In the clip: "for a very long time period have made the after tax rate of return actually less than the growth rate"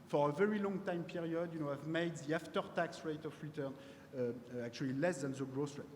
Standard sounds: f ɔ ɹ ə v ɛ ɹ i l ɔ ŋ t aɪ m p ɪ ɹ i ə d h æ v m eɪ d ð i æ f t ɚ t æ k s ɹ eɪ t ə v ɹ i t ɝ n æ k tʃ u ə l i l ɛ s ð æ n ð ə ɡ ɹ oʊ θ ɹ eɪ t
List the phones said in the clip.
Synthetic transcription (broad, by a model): f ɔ ɹ ə v ɛ ɹ i l ɔ ŋ t aɪ m p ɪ ɹ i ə d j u v m eɪ d ð i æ f t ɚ t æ k s ɹ eɪ t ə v ɹ i t ɝ n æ k tʃ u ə l i l ɛ s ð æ n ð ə ɡ ɹ oʊ s ɹ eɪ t